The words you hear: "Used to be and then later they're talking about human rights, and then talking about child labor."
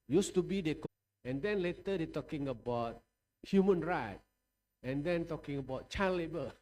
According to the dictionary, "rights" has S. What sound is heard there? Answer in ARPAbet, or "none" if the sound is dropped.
none